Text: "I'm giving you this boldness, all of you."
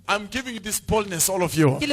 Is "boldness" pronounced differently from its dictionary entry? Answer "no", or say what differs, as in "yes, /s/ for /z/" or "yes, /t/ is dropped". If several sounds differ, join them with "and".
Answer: no